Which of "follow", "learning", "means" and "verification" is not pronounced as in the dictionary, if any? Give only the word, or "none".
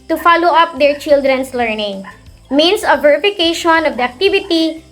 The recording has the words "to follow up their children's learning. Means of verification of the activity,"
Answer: means